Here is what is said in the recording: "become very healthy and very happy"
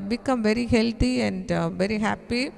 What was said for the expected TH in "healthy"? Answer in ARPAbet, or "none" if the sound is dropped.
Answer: T